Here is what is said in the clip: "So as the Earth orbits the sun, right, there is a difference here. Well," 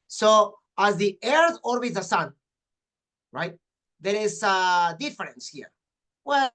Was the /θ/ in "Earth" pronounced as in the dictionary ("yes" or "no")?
yes